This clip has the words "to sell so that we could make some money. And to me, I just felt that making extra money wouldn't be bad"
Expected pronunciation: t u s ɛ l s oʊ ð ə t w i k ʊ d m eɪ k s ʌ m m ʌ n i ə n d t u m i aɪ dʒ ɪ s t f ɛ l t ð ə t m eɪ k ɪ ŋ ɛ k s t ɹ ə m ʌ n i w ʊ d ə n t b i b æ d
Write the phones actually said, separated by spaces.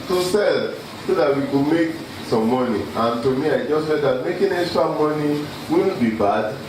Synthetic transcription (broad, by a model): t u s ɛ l s oʊ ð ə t w i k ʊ m eɪ k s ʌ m m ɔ n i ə n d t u m i aɪ dʒ ɪ s t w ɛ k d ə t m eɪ k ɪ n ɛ s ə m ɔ n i w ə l b i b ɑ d